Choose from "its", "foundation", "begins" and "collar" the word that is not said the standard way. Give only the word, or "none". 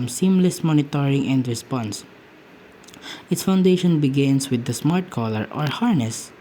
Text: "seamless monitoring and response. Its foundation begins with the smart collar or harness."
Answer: begins